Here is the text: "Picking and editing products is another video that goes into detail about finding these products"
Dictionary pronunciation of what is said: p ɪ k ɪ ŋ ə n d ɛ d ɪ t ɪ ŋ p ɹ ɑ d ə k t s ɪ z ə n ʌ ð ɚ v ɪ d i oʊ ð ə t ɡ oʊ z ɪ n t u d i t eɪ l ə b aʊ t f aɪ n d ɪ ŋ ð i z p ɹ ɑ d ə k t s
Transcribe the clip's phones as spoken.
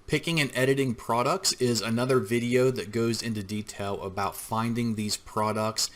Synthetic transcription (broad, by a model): p ɪ k ɪ ŋ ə n ɛ d ɪ t ɪ ŋ p ɹ ɑ d ə k t s ɪ z ə n ʌ ð ɚ v ɪ d i oʊ ð ə t ɡ oʊ z ɪ n t u d i t eɪ l ə b aʊ t f aɪ n d ɪ ŋ ð i z p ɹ ɑ d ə k t s